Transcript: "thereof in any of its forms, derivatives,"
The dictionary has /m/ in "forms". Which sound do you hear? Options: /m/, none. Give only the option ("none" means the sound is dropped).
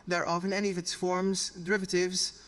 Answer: /m/